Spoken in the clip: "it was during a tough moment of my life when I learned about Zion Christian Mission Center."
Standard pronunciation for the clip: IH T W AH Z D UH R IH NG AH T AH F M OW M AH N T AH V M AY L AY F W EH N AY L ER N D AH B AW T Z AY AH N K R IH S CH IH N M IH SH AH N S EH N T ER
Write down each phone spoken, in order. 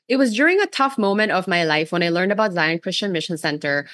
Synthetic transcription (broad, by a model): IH T W AH Z D UH R IH NG AH T AH F M OW M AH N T AH V M AY L AY F W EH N AY L ER N D AH B AW T Z AY AH N K R IH S CH IH N M IH SH AH N S EH N T ER